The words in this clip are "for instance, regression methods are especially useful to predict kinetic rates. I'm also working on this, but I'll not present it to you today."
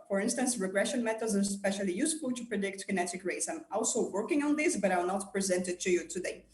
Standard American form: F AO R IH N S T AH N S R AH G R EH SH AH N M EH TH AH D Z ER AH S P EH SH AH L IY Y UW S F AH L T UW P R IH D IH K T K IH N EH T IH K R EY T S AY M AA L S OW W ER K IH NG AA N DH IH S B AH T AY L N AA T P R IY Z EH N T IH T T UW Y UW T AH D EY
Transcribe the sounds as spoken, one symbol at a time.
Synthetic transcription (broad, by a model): F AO R IH N S T AH N S R AH G R EH SH AH N M EH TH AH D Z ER S P EH SH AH L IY Y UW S F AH L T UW P R IH D IH K T K IH N EH T IH K R EY T S AY M AA L S OW W ER K IH NG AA N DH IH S B AH T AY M N AA T P R IY Z EH N T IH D T UW Y UW T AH D EY